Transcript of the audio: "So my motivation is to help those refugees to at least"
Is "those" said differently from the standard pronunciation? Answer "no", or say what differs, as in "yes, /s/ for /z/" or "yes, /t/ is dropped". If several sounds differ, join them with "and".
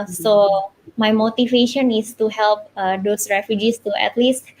yes, /s/ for /z/